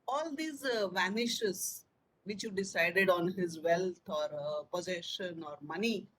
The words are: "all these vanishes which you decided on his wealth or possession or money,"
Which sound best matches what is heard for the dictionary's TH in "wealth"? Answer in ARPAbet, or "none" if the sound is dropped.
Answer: T